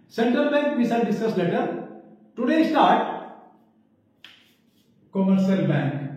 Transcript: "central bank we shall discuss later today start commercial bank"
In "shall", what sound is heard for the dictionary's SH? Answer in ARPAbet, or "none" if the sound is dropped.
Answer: S